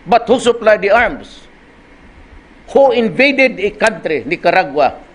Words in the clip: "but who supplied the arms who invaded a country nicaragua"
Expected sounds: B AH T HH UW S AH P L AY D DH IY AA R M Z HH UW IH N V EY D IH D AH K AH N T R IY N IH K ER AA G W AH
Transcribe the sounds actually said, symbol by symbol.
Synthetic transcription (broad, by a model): B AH T HH UW S AH P L AY D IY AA R M S HH UW IH N V EY D IH D AH K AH N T R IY N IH K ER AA G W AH